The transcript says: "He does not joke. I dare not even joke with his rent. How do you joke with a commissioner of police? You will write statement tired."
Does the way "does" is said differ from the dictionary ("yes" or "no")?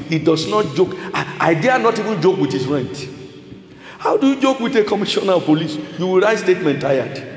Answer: yes